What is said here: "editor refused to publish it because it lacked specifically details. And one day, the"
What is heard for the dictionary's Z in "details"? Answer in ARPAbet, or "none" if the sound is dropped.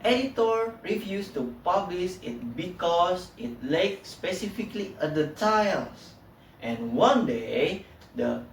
S